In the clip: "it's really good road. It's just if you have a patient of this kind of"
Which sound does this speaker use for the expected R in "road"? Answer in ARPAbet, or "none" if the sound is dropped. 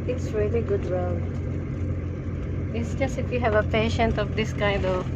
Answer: W